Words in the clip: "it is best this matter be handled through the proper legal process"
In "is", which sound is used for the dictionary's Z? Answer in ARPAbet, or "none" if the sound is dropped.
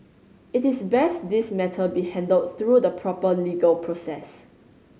S